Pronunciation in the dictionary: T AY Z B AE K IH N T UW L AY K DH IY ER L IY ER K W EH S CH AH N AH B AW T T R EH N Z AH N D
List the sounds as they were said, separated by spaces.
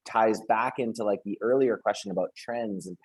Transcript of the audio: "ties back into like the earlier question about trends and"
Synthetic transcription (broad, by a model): T AY Z B AE K IH N T UW L AY K DH IY ER L IY ER K W EH S CH AH N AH B AW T T R EH N Z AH N